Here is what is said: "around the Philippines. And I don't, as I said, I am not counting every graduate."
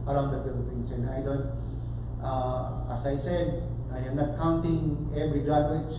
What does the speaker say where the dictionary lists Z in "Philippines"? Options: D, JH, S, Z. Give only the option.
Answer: S